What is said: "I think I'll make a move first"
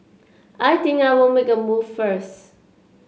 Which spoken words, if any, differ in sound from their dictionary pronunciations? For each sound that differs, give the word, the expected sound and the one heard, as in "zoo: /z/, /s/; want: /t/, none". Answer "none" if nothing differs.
i'll: /l/, /w/